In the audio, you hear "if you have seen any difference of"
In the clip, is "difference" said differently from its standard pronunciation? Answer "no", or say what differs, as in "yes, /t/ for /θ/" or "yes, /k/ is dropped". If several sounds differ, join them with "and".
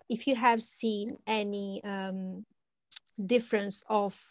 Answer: no